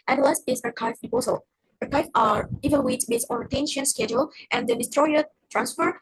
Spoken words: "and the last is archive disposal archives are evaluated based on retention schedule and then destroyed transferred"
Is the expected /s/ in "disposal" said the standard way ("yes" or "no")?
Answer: no